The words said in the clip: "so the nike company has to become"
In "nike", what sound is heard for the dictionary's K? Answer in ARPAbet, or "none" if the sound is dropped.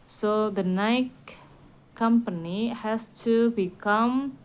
none